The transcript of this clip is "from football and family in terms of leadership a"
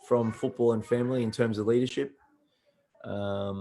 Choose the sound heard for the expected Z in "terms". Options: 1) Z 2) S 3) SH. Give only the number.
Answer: 1